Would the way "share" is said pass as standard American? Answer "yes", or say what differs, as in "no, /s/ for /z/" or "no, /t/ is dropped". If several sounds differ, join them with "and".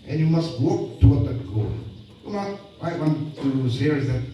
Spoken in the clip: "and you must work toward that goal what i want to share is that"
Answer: no, /s/ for /ʃ/